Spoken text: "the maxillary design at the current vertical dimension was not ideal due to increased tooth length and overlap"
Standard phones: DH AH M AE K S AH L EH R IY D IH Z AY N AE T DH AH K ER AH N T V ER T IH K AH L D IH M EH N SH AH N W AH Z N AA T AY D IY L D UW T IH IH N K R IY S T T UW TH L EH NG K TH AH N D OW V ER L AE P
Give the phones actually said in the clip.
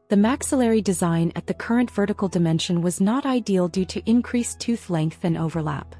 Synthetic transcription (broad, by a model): DH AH M AE K S AH L EH R IY D IH Z AY N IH T DH AH K ER AH N T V ER T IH K L D IH M EH N SH AH N W AH Z N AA T AY D IY L D UW T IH IH N K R IY S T T UW TH L EH NG K TH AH N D OW V ER L AE P